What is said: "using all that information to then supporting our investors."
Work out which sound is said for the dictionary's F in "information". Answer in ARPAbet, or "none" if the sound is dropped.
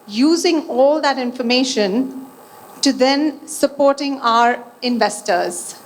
F